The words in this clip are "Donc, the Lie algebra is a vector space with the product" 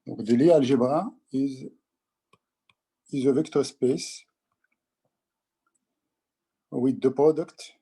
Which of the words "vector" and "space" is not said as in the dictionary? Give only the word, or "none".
none